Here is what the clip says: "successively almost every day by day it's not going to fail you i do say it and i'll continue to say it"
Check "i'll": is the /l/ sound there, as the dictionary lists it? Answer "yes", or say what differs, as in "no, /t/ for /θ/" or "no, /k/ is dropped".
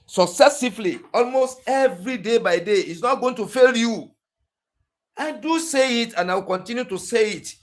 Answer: no, /w/ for /l/